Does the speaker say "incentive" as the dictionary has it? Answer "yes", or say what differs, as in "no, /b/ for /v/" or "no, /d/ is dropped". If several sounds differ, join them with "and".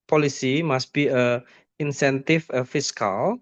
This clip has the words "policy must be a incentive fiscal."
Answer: no, /f/ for /v/